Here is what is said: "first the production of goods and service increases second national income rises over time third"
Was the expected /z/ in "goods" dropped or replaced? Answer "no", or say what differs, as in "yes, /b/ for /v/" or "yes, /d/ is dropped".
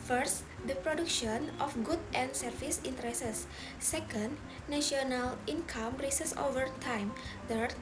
yes, /z/ is dropped